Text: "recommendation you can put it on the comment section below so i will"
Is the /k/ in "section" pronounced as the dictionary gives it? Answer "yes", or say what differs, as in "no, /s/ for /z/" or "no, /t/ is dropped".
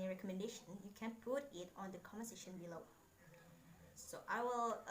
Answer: no, /k/ is dropped